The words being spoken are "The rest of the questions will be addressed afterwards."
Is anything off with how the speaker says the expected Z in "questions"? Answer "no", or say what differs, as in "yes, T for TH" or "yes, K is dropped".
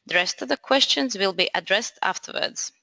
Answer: no